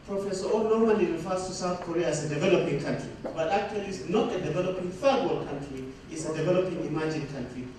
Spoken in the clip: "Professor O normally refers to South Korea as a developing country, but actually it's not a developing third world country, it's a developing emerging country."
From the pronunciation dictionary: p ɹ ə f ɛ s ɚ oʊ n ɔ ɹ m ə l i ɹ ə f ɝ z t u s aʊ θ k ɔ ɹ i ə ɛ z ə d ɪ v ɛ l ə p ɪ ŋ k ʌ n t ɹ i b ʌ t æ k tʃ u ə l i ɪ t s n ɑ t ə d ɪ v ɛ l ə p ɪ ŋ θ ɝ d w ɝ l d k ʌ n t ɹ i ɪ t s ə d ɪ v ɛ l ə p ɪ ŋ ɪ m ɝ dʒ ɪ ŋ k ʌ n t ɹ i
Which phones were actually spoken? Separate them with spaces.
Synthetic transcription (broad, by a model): p ɹ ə f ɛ s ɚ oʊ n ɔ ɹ m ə n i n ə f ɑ s t u s aʊ θ k ɔ ɹ i ə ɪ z ə d ɪ v ɛ l ə p ɪ ŋ k ʌ n t ɹ i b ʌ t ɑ k tʃ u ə l i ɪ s n ɑ t ə d ɪ v ɛ l ə p ɪ ŋ f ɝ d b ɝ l k ʌ n t ɹ i ɪ t s ə d ɪ v ɛ l ə p ɪ ŋ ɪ m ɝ dʒ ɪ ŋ k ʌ n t ɹ i